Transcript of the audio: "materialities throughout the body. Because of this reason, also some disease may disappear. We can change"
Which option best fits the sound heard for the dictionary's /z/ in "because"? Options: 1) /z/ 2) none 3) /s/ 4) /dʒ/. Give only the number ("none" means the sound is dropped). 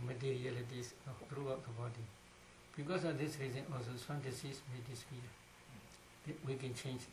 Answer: 3